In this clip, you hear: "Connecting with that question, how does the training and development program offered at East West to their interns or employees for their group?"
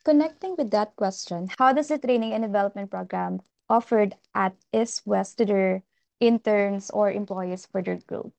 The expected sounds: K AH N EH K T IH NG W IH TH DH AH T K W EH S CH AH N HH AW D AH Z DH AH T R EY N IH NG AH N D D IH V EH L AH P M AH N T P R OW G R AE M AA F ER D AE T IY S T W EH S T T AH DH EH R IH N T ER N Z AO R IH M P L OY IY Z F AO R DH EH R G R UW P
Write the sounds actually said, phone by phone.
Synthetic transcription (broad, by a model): K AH N EH K T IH NG W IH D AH T K W EH S CH AH N HH AW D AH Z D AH T R EY N IH NG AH N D D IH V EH L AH P M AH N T P R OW G R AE M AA F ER D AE T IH S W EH S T T AH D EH R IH N T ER N S AO R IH M P L OY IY S F AO R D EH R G R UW P